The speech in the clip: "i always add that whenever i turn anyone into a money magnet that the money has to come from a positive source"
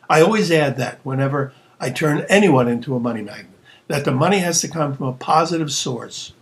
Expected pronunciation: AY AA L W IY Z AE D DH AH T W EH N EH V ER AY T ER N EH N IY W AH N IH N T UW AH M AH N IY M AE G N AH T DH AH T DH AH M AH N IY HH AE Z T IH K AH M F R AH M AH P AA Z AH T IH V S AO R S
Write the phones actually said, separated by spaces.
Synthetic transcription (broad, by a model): AY AA L W IY Z AE D DH AH T W EH N EH V ER AY T ER N EH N IY W AH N IH N T UW AH M AH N IY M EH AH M DH AH T DH AH M AH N IY HH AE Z T IH K AH M F R AH M AH P AA Z AH T IH V S AO R S